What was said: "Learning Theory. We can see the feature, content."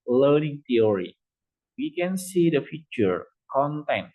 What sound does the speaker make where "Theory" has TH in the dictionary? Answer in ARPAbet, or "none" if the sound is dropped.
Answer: T